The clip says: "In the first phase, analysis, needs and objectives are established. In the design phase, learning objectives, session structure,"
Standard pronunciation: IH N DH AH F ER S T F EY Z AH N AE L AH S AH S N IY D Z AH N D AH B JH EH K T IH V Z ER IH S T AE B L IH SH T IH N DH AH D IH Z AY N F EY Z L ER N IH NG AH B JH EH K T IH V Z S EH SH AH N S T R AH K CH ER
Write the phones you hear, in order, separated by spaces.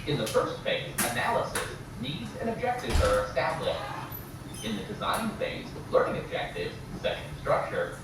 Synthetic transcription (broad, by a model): IH N DH AH F ER S T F EY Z AH N AE L AH S AH S N IY D Z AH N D AH B JH EH K T IH V Z ER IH S T AE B L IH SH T IH N DH AH D IH Z AY N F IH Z L ER N IH NG AH B JH EH K T IH V Z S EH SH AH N S T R AH K CH ER